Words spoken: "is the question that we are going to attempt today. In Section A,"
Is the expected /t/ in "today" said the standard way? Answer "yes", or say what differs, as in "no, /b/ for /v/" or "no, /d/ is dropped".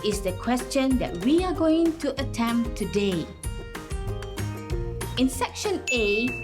yes